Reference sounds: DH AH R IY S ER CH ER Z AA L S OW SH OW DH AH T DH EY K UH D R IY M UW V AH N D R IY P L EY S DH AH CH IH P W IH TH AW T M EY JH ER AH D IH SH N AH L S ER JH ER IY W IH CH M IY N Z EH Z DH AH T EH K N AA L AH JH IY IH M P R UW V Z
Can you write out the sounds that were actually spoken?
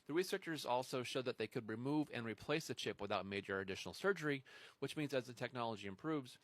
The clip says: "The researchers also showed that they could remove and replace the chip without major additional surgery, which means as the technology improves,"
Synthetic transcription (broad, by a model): DH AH R IY S ER CH ER Z AA L S OW SH OW DH AH T DH EY K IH D R IY M UW V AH N R IY P L EY S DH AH CH IH P W IH TH AW T M EY JH ER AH D IH SH N L S ER JH ER IY W IH CH M IY N Z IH Z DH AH T EH K N AA L AH JH IY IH M P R UW V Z